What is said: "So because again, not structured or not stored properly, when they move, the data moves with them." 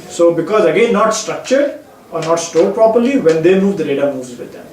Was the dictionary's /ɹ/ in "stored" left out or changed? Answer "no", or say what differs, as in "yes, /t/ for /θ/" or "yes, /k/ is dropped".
yes, /l/ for /ɹ/